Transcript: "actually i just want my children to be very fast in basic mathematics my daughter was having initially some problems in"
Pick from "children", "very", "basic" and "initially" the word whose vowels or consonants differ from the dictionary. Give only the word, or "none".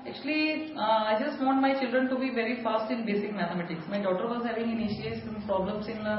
initially